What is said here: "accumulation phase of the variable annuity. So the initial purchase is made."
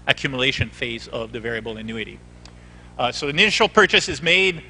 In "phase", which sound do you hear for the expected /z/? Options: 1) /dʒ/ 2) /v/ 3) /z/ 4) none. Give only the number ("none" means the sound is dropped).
3